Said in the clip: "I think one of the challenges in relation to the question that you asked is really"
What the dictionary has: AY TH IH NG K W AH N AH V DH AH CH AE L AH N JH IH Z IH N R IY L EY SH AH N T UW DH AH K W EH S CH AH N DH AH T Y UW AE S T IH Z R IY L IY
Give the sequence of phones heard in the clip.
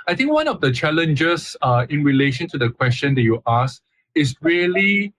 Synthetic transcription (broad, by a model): AY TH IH NG K W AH N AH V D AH CH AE L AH N JH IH S IH N R IY L EY SH AH N T UW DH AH K W EH S CH AH N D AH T Y UW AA S IH S R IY L IY